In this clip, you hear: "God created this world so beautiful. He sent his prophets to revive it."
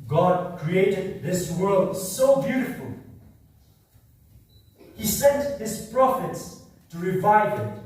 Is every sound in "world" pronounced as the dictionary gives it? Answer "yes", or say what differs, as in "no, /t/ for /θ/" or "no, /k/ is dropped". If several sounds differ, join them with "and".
yes